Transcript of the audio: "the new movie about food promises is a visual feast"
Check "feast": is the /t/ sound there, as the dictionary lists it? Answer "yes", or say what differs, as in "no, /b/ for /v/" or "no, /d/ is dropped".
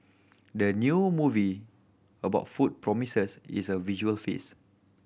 no, /t/ is dropped